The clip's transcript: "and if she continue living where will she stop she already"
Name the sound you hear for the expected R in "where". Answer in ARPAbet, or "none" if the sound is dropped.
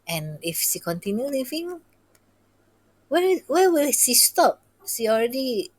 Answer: W